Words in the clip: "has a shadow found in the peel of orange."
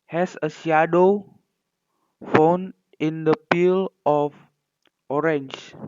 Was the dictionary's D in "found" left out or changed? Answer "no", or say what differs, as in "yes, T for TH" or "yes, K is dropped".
yes, D is dropped